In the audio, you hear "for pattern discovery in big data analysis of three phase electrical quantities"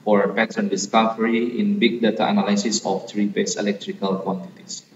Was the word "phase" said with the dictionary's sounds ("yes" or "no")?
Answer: no